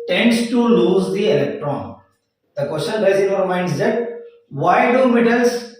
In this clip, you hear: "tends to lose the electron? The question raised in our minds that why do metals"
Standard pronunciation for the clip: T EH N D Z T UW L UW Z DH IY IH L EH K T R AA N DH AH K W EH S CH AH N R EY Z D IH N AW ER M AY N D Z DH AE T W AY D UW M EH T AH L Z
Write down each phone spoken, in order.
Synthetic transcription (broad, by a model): T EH N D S T UW L UW Z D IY IH L EH K T R AA N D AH K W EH S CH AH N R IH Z IH N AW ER M AY N D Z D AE T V AY D UW M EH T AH L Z